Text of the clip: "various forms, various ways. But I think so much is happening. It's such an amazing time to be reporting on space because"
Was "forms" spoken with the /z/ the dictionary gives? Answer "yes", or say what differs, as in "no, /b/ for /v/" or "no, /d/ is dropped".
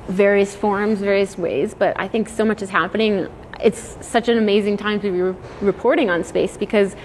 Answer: yes